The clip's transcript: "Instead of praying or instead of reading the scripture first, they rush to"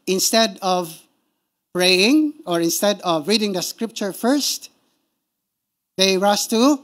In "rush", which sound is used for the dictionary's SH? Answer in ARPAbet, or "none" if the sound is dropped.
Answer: S